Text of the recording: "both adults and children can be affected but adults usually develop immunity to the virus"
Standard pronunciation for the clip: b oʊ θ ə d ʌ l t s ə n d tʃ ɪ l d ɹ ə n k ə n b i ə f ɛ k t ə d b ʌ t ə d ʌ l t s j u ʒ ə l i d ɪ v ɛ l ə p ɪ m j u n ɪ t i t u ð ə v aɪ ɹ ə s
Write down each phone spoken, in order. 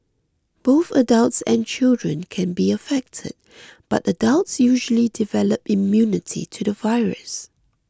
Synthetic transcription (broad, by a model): b oʊ θ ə d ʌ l t s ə n tʃ ɪ l d ɹ ə n k ə n b i ə f ɛ k t ə d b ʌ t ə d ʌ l t s j u ʒ ə l i d ɪ v ɛ l ə p ɪ m j u n ɪ t i t u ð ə v aɪ ɹ ə s